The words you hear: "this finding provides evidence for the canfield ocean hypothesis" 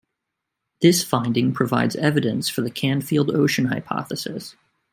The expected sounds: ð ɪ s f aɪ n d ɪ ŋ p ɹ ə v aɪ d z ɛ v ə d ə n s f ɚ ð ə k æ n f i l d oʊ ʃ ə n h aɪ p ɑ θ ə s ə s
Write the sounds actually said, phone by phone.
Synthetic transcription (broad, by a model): ð ɪ s f aɪ n d ɪ ŋ p ɹ ə v aɪ d z ɛ v ə d ə n s f ɚ ð ə k æ n f i l d oʊ ʃ ə n h aɪ p ɑ θ ə s ə s